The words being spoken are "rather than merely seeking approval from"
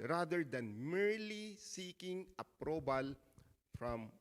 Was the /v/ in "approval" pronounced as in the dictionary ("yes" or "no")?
no